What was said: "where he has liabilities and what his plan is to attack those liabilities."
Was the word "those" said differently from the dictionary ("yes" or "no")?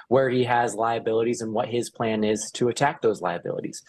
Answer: no